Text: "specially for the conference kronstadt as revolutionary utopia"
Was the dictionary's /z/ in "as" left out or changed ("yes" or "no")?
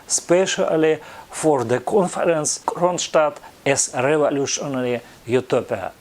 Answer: yes